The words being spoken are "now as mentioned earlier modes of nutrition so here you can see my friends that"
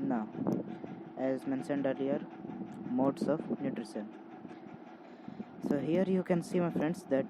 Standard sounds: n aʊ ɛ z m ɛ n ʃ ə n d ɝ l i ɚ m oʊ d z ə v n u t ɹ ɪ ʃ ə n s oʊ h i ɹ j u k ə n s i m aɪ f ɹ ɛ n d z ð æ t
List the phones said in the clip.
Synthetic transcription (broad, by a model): n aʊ ɛ z m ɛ n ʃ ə n d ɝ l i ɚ m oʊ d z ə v n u t ɹ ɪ s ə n s oʊ h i ɹ j u k ə n s i m aɪ f ɹ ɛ n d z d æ t